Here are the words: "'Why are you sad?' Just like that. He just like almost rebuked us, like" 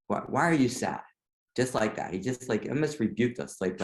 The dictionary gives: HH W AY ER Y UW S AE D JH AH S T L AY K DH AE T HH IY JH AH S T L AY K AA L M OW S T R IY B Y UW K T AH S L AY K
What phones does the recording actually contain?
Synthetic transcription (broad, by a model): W W AY ER Y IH S AE D JH AH S T L AY K DH AE T HH IY JH AH S T L AY K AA M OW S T R IY B Y UW K T AH S L AY K